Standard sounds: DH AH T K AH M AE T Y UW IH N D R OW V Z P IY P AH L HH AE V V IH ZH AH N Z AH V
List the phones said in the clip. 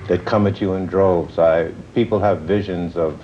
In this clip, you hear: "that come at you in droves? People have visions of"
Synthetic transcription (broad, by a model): DH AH T K AH M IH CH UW IH N D R OW V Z P IY P L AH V V IH ZH AH N Z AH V